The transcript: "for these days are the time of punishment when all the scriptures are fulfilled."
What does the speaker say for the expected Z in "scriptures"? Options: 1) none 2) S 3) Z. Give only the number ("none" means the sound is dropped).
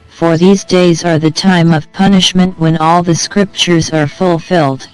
3